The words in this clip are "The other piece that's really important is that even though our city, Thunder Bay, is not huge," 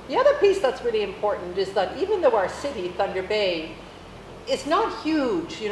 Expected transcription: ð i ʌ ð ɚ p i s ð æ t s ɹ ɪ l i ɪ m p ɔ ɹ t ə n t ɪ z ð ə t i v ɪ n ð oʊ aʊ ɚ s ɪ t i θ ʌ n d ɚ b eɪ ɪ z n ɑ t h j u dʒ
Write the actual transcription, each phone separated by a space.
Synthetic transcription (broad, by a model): ð i ʌ ð ɚ p i s ð æ t s ɹ ɪ l i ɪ m p ɔ ɹ t n t ɪ z ð ə t i v ɪ n ð oʊ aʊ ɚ s ɪ t i θ ʌ n d ɚ b eɪ ɪ z n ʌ t h j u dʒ